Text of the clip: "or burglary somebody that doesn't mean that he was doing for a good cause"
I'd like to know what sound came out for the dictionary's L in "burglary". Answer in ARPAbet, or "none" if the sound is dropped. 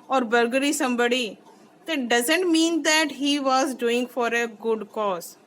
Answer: none